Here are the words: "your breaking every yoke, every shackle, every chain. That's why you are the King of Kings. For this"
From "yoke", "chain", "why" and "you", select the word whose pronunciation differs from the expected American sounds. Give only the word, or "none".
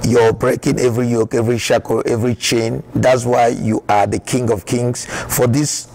none